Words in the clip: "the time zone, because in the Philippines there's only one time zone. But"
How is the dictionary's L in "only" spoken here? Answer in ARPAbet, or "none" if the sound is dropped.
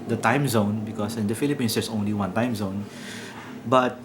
L